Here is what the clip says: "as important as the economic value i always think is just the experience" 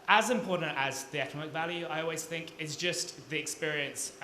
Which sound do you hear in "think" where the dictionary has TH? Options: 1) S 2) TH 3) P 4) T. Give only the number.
2